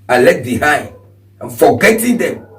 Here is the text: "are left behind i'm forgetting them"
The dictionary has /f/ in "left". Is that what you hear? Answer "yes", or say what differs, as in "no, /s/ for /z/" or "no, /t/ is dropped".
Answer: no, /f/ is dropped